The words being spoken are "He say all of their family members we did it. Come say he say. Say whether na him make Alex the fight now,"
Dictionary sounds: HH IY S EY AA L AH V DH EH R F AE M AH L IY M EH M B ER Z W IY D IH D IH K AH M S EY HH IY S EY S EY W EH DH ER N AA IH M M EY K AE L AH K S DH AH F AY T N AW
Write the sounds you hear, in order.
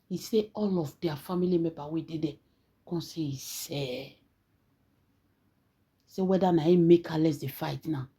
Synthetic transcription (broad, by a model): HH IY S EY AA L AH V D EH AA F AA M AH L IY M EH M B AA W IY D IH D IH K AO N S EY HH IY S EY S EY W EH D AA N AA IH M M EY K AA L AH S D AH F AY T N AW